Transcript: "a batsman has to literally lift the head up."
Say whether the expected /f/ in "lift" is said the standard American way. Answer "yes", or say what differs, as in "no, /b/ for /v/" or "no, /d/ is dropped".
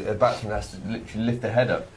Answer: yes